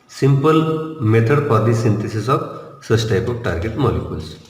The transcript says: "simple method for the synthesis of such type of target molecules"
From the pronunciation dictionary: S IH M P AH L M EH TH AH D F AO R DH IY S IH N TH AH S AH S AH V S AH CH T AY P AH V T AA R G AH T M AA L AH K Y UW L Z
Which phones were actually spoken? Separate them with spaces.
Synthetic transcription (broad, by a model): S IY M P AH L M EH T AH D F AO R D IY S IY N T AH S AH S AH B S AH S T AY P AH P T AA R G AH T M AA L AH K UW L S